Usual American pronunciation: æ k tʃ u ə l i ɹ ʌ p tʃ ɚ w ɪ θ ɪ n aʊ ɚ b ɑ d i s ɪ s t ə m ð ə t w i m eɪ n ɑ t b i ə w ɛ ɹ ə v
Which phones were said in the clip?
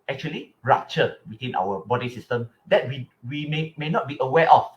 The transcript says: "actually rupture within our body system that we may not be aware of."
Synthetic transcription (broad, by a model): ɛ k tʃ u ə l i ɹ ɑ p tʃ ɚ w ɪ t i n aʊ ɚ b ɑ d i s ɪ s t ə m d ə t w i m eɪ n ɑ t b i ə w ɛ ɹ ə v